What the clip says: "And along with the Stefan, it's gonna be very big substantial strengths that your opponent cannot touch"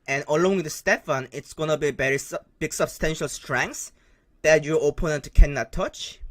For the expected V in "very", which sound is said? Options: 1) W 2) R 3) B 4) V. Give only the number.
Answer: 3